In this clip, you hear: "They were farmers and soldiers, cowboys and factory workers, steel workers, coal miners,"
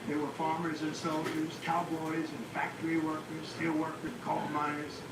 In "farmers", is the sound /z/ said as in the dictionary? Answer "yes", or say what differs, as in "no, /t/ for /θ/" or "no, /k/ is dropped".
yes